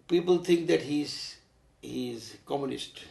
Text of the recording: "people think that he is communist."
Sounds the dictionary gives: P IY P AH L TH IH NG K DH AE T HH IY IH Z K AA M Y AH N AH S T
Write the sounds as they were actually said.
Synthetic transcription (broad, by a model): P IY P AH L T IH NG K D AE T HH IY IH Z K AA M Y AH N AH S T